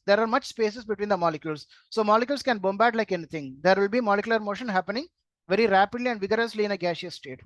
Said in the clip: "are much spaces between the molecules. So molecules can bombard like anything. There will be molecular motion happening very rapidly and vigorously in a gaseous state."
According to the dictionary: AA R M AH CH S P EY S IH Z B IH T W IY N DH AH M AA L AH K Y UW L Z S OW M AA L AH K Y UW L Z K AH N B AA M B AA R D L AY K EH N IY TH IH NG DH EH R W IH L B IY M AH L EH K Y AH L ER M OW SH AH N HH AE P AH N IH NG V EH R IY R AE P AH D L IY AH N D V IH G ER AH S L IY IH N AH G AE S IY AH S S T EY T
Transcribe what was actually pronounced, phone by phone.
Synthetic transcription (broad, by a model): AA R M AH CH S P EY S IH S B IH T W IY N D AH M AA L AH K Y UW L S OW M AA L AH K Y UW L S K AH N B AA M B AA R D L AY K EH N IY T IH NG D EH R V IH L B IY M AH L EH K Y L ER M OW SH AH N HH AE P AH N IH NG V EH R IY R AE P AH D L IY AH N D V IH G ER AH S L IY IH N AH G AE SH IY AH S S T EY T